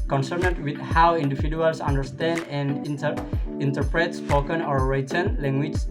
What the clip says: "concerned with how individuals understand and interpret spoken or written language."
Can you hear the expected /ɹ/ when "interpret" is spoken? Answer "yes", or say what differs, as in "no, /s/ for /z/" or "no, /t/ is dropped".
yes